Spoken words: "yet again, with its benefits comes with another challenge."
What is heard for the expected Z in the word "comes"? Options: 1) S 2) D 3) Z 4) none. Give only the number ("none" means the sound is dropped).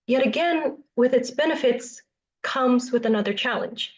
3